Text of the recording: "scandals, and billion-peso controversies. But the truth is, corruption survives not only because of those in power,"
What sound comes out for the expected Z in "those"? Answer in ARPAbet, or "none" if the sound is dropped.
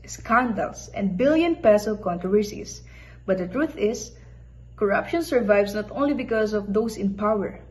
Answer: S